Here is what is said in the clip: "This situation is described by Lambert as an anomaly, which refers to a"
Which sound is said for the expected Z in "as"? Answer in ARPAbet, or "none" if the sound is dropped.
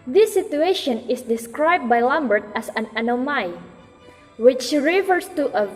S